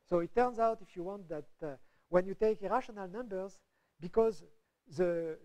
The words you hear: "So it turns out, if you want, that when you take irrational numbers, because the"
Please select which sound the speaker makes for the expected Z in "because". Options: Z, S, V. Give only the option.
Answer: Z